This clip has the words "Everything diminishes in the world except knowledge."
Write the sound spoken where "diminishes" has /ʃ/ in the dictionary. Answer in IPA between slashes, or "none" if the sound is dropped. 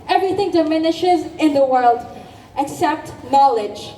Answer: /ʃ/